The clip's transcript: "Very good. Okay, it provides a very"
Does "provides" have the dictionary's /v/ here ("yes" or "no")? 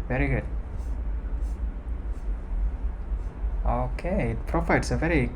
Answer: no